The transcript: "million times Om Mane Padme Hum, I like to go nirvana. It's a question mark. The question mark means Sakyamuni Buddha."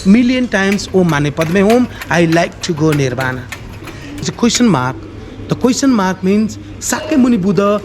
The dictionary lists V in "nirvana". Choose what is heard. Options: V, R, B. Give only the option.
B